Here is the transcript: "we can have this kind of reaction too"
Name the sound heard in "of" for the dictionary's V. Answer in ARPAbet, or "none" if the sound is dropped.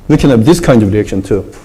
V